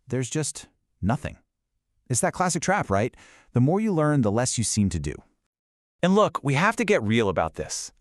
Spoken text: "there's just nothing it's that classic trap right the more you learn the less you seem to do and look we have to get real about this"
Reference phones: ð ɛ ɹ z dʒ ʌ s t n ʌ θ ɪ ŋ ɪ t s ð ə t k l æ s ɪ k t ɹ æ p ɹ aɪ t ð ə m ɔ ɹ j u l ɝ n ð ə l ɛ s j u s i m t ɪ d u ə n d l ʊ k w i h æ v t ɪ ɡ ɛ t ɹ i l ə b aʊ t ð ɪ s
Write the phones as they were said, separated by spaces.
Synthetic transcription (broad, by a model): ð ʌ ɹ z dʒ ʌ s t n ʌ θ ɪ ŋ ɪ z ð ə t k l æ s ɪ k t ɹ æ p ɹ aɪ t ð ə m ɔ ɹ j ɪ l ɝ n ð ə l ɛ s j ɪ s i m t ɪ d u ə n l ʊ k w i h æ f t ɪ ɡ ɛ t ɹ i l ə b aʊ t ð ɪ s